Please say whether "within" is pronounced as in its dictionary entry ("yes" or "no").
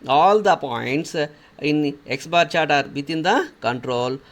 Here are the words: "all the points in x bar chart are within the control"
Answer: no